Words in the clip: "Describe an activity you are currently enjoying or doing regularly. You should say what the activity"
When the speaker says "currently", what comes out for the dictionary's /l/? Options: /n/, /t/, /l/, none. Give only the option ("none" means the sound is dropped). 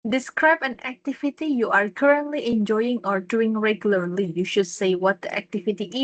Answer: /l/